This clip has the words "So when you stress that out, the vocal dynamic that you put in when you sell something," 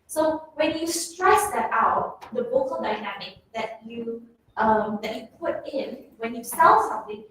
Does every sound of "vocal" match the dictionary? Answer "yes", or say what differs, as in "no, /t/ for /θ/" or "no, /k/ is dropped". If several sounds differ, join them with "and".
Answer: no, /b/ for /v/